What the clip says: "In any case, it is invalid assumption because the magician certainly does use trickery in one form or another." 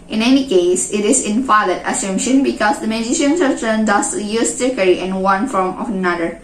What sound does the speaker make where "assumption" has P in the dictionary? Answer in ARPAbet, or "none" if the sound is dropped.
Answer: none